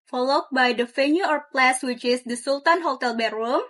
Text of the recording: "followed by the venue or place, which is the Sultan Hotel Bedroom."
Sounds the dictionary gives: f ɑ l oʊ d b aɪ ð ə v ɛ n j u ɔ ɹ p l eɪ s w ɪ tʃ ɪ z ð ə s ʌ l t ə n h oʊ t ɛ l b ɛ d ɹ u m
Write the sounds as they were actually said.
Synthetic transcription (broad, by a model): f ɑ l oʊ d b aɪ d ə f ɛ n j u ɔ ɹ p l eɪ s w ɪ tʃ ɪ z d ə s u l t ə n h oʊ t ɛ l b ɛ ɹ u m